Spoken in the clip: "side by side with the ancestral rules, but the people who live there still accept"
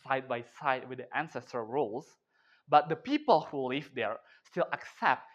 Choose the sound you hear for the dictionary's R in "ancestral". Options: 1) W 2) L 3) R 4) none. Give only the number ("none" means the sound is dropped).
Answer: 4